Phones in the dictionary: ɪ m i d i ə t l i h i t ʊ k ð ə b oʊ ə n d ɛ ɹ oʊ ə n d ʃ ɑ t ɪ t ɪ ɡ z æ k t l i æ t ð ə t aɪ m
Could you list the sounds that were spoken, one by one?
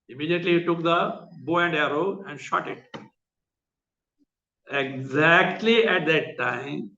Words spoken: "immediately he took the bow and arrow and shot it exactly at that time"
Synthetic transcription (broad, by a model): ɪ m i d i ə t l i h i t ʊ k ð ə b oʊ ə n d ɛ ɹ oʊ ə n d ʃ ɑ t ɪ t ɪ ɡ z æ k t l i æ t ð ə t aɪ m